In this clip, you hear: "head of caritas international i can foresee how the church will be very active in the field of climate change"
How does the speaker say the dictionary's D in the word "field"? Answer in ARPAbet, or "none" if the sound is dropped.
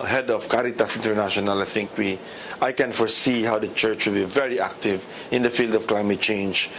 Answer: D